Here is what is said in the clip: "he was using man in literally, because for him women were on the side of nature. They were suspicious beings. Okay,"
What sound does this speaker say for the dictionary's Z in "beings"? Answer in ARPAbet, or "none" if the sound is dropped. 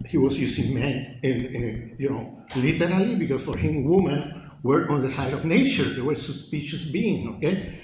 none